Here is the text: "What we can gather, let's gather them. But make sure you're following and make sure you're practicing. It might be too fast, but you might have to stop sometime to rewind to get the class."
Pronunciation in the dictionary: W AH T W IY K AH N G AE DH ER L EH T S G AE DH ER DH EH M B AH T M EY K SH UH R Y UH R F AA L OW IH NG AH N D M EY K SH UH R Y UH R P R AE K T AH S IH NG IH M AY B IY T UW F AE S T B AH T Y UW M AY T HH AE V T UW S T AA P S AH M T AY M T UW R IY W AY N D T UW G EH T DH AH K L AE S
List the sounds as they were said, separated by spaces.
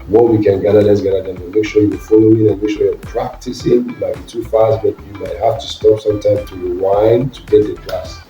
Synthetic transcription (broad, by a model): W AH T W IY K AH N G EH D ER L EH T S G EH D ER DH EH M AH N M EY K SH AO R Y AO F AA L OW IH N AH N M EY K SH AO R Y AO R P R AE K T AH S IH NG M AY B IY T UW F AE S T B AH T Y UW M AY T HH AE F T UW S T AA P S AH M T AY M T UW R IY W AY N T UW G EH T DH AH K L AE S